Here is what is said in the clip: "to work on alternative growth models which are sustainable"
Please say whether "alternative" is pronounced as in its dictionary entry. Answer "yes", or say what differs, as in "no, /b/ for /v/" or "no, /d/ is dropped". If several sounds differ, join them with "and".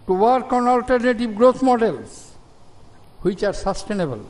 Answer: no, /b/ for /v/